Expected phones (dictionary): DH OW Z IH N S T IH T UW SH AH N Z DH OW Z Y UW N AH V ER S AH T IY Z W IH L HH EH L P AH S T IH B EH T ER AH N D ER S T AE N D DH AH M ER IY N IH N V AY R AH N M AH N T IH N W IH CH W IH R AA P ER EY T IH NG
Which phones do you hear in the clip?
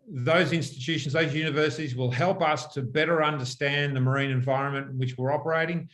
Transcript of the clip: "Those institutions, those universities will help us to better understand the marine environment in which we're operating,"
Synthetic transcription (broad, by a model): DH OW Z IH N S T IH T UW SH N Z DH OW Z Y UW N AH V ER S AH T IY Z W IH L HH EH L P AH S T IH B EH T ER AH N D ER S T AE N DH AH M ER IY N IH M V AY R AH N M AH N T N W IH CH W IH R AA P ER EY T IH NG